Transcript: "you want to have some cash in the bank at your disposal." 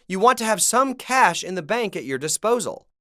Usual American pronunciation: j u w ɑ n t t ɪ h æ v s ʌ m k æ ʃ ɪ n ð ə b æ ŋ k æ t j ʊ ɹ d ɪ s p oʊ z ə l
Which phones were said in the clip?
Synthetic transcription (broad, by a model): j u w ɑ n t t ɪ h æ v s ʌ m k æ ʃ ɪ n ð ə b æ ŋ k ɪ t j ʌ ɹ d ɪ s p oʊ z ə l